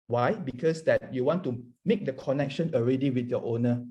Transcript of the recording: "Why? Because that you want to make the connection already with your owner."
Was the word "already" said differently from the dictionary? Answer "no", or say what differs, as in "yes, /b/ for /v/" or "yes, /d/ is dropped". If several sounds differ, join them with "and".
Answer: no